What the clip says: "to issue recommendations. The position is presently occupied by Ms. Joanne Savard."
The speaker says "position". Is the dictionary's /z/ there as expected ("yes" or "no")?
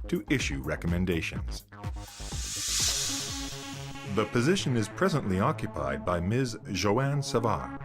yes